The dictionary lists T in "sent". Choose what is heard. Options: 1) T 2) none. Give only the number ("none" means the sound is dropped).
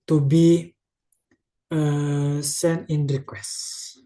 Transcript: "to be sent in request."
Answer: 2